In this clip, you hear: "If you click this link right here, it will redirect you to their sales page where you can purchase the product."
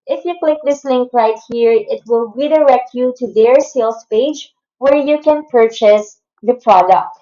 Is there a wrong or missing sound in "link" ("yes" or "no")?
no